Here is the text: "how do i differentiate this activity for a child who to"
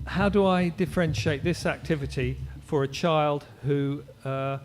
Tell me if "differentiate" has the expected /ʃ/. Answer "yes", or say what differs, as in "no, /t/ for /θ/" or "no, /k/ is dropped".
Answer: yes